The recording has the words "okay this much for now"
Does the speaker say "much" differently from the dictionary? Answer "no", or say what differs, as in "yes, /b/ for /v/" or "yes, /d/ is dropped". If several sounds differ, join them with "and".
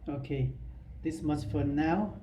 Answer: yes, /s/ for /tʃ/